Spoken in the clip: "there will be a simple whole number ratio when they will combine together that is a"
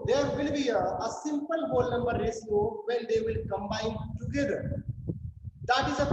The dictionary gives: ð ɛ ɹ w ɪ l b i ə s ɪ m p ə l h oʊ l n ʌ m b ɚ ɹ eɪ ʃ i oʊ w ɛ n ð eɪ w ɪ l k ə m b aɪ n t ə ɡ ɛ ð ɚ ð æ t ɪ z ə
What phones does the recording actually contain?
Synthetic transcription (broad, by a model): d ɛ ɹ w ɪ l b i ə s ɪ m p ə l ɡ oʊ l n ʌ m b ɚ ɹ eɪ s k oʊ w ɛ n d eɪ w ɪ l k ə m b aɪ n t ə ɡ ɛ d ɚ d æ t ɪ z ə